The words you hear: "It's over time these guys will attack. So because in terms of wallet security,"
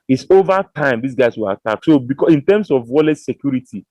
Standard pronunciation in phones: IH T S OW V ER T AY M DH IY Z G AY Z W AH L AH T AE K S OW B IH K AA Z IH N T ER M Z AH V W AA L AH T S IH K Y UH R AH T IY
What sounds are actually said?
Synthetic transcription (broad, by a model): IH T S OW V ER T AY M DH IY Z G AY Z W AH L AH T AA K S OW B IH K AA IH N T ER M S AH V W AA L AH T S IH K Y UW R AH T IY